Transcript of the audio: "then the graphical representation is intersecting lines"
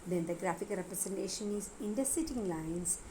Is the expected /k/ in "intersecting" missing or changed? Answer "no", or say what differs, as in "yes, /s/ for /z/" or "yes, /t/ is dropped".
yes, /k/ is dropped